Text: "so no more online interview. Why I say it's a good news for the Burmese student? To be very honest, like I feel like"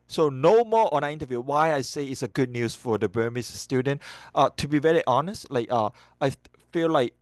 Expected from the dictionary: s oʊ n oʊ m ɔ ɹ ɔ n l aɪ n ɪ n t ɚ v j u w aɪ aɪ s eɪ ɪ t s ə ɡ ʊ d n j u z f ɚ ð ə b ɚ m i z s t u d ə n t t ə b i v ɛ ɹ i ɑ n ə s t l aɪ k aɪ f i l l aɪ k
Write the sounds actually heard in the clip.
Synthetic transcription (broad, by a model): s oʊ n oʊ m ɔ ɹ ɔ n aɪ ɪ n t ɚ v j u w aɪ aɪ s eɪ ɪ t s ə ɡ ʊ d n j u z f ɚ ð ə b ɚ m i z s t u d ə n t t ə b i v ɛ ɹ i ɑ n ə s t l aɪ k aɪ f i l l aɪ k